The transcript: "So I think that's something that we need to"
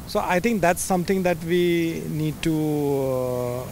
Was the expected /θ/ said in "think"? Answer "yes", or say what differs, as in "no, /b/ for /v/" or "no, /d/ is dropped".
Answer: no, /t/ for /θ/